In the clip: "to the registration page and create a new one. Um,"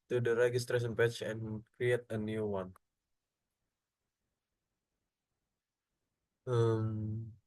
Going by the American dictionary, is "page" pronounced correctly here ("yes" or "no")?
no